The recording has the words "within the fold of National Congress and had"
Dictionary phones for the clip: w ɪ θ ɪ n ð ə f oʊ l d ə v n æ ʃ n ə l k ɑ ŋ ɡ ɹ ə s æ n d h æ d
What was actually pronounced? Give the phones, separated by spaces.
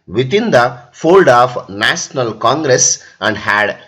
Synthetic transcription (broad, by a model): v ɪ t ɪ n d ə f oʊ l d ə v n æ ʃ n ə l k ɑ ŋ ɡ ɹ ə s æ n d h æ d